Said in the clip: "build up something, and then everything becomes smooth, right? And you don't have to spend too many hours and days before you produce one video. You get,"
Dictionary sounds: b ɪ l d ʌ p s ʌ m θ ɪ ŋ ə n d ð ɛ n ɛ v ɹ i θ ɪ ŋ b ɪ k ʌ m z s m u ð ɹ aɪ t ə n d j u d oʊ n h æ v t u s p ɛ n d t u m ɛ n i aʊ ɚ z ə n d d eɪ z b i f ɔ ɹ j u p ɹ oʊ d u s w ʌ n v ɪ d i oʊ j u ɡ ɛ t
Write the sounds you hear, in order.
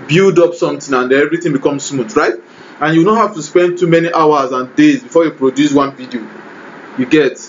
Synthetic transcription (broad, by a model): b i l d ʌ p s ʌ m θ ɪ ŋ ə n d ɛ ɛ v ɹ i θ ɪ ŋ b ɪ k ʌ m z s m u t ɹ aɪ t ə n j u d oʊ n h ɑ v t u s p ɛ n d t u m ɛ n i aʊ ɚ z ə n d d eɪ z b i f ɔ j u p ɹ oʊ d u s w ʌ n v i d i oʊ j u ɡ ɛ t